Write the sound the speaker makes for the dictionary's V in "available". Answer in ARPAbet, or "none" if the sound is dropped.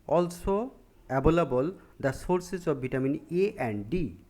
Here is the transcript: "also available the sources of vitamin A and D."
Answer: B